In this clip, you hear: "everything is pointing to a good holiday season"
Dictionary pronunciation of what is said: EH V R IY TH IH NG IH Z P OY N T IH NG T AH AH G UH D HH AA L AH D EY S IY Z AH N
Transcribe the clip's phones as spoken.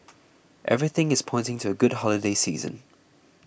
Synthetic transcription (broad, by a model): EH V R IY TH IH NG IH Z P OY N T IH NG T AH AH G UH D HH AA L AH D EY S IY Z AH N